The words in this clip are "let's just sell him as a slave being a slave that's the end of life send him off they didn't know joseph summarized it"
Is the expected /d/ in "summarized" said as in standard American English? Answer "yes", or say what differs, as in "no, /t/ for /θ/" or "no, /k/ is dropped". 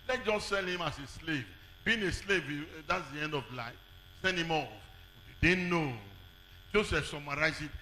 no, /d/ is dropped